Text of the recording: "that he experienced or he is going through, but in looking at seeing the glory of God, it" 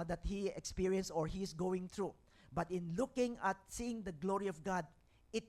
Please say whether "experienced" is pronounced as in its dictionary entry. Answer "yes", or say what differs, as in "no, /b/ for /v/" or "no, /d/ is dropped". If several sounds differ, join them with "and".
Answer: no, /t/ is dropped